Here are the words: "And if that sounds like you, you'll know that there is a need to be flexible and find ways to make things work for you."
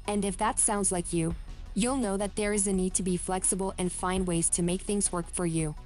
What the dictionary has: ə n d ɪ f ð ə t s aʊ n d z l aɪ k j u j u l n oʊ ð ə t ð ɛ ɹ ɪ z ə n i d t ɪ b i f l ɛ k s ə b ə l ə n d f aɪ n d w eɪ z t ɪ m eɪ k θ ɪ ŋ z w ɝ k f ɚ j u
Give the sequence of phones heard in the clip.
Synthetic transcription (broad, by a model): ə n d ɪ f ð ə t s aʊ n d z l aɪ k j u j u l n oʊ ð ə t ð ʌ ɹ ɪ z ə n i d t ɪ b i f l ɛ k s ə b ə l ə n f aɪ n w eɪ z t ɪ m eɪ k θ ɪ ŋ z w ɝ k f ɚ j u